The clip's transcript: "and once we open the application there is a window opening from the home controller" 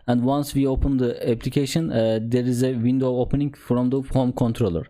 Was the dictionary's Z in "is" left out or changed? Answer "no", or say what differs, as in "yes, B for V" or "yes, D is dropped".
no